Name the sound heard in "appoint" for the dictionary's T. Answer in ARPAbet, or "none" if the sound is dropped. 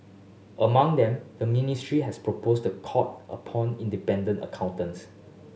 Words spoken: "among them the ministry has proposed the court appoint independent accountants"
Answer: none